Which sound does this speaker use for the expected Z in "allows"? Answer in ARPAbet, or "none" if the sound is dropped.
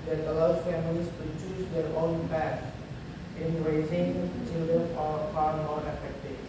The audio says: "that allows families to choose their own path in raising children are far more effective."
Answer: none